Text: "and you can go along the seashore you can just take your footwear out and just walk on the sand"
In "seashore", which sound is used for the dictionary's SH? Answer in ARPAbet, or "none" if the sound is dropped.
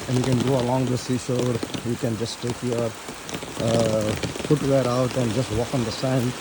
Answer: S